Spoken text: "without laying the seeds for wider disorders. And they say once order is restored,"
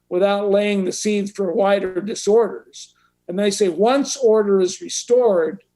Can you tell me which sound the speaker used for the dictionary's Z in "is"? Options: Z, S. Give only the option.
Z